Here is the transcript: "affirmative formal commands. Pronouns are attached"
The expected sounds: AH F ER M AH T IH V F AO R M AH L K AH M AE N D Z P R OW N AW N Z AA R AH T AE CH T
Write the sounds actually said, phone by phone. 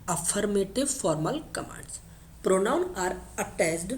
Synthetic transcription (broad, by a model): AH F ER M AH T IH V F AO R M AH L K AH M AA N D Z P R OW N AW N AA R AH T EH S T